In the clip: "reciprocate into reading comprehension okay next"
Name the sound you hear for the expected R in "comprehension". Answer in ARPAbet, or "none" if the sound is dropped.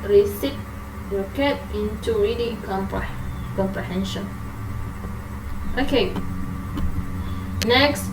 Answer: R